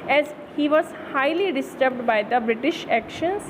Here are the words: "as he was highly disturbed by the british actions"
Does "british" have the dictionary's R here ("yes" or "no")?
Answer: yes